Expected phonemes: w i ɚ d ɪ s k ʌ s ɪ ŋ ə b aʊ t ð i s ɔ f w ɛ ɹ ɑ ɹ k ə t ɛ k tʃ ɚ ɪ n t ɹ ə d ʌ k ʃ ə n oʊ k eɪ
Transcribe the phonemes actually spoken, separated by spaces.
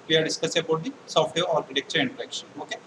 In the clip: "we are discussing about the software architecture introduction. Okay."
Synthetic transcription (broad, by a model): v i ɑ d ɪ s k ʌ s ə b aʊ t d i s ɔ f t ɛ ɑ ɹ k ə t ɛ k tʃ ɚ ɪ n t ə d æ k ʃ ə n oʊ k eɪ